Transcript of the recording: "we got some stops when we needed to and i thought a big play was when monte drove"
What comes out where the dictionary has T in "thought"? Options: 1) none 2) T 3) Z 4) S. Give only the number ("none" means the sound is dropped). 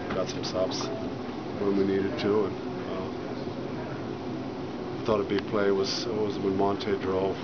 2